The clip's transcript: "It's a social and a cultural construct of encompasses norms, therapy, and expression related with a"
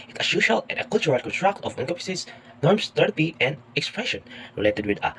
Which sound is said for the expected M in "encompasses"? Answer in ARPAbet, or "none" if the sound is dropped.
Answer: none